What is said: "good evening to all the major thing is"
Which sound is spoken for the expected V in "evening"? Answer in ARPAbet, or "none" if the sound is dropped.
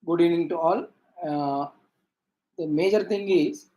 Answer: none